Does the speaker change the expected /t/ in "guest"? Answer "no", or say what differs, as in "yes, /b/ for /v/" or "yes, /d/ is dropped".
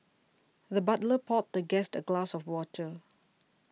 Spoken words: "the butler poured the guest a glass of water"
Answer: no